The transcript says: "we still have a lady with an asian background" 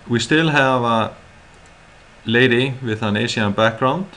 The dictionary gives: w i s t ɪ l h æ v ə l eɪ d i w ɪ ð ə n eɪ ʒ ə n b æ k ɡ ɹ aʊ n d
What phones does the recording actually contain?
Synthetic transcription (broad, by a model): w i s t ɪ l h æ v ə l eɪ d i w ɪ ð ə n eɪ s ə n b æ k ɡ ɹ aʊ n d